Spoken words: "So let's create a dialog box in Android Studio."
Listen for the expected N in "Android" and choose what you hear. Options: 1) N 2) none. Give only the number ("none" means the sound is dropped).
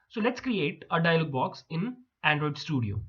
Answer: 1